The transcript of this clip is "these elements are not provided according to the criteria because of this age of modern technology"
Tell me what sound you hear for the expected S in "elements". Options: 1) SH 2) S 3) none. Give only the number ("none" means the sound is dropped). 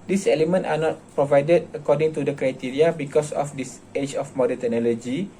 3